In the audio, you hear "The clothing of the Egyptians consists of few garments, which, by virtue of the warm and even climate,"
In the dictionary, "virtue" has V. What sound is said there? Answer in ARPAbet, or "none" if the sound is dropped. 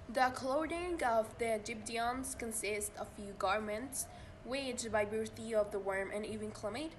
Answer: B